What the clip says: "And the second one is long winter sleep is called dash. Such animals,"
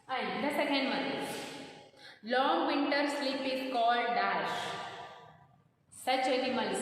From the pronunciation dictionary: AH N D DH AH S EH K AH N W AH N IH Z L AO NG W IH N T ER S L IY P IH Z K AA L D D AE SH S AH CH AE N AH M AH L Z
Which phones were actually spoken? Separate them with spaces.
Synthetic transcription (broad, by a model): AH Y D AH S EH K AH N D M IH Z L AO NG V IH N T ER S L IY P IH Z K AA L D D AE SH S AH CH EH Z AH M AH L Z